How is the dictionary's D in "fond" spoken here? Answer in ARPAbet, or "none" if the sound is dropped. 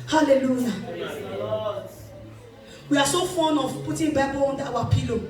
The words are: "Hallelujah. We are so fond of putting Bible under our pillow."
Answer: none